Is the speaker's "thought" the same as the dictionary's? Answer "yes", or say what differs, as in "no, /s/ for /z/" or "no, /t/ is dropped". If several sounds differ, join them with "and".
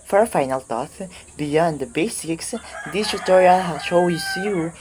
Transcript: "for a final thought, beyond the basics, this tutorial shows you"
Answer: no, /t/ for /θ/